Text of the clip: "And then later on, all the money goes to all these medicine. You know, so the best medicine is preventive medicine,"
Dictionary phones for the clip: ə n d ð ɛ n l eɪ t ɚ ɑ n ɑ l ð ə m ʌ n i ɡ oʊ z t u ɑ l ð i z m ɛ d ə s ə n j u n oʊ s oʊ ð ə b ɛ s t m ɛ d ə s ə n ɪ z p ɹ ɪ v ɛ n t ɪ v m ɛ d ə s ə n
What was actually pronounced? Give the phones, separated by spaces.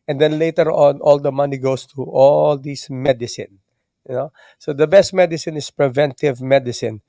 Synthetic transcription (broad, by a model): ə n d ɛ n l eɪ t ɚ ɑ n ɑ l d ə m ʌ n i ɡ oʊ s t u ɑ l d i s m ɛ d ə s ə n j n oʊ s oʊ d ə b ɛ s t m ɛ d ə s ə n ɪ s p ɹ ɪ v ɛ n t ɪ v m ɛ d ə s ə n